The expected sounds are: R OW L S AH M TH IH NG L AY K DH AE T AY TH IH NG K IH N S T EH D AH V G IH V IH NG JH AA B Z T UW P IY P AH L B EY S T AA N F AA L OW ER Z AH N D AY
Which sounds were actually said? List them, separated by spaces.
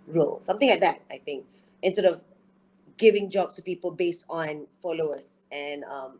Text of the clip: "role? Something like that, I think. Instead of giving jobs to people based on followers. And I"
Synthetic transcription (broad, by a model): R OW L S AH M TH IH NG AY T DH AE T AY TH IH NG K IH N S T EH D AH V G IH V IH NG JH AA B S T UW P IY P AH L B EY S T AA N F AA L OW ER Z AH N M